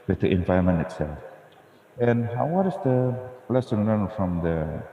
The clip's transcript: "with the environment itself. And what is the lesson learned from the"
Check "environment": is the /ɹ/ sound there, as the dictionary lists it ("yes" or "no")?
no